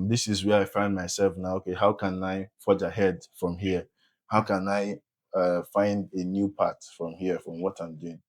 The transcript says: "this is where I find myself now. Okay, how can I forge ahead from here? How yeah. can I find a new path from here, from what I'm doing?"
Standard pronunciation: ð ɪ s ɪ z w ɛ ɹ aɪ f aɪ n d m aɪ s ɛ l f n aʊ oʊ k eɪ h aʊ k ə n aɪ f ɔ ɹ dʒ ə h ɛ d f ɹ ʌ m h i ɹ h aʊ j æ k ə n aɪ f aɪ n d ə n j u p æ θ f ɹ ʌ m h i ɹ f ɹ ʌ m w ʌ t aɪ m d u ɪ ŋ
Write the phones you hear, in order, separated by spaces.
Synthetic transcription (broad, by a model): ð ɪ s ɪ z w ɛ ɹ aɪ f aɪ n d m aɪ s ɛ l f n aʊ oʊ k eɪ h aʊ k ə n aɪ f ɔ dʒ ə h ɛ d f ɹ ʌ m h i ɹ h aʊ k ə n aɪ f aɪ n d ə n j u p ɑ t f ɹ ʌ m h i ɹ f ɹ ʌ m w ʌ t aɪ m d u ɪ ŋ